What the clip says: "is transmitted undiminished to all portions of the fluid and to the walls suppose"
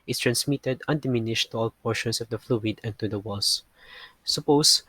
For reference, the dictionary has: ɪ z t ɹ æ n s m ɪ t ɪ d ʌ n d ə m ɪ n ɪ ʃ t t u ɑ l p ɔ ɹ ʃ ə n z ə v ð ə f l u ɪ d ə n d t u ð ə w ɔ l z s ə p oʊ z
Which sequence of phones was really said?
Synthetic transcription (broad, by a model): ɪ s t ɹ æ n s m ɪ t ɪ d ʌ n d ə m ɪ n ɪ ʃ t t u ɑ l p ɔ ɹ ʃ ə n s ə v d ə f l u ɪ d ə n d t u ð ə w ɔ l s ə p oʊ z